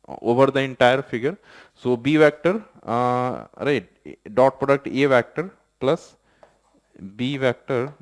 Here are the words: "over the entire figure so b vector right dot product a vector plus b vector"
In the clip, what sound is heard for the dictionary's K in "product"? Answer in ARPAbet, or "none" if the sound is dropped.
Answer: K